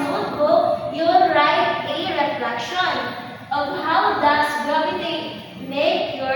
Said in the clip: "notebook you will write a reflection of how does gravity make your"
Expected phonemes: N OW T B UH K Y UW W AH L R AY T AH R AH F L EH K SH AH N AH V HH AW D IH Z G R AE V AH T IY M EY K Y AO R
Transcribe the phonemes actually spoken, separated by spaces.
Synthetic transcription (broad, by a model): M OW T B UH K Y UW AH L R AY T AH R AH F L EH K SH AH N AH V HH AW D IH S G AO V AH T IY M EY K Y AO